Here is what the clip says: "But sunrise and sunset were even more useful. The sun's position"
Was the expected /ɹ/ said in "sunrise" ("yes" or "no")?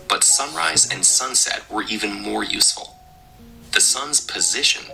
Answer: yes